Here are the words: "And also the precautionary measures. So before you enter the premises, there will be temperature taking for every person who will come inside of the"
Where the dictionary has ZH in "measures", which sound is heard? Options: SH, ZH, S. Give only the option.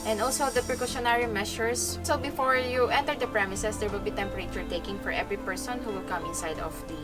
SH